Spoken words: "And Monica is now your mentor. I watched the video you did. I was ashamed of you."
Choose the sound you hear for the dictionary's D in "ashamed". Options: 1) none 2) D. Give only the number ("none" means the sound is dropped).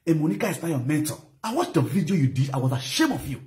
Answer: 1